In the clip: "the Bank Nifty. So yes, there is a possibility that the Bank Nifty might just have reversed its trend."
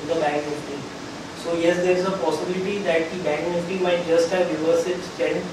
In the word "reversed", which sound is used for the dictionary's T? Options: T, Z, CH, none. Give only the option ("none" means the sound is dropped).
none